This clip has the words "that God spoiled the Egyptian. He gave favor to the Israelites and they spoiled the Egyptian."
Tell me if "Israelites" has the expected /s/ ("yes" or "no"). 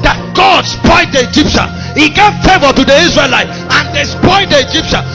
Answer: no